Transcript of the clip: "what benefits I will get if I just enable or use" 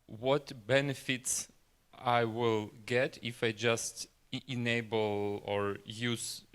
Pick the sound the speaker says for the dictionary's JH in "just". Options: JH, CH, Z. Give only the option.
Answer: JH